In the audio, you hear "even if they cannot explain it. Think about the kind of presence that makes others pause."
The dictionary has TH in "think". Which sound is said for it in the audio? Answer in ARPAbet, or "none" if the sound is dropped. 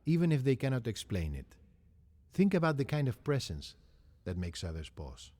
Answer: TH